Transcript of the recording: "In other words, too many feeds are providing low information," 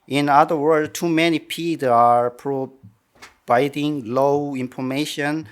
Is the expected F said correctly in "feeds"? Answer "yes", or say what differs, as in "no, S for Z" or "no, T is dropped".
no, P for F